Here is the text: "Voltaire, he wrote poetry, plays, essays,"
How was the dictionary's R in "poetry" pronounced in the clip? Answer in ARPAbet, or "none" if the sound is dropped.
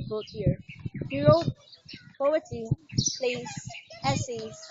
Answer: none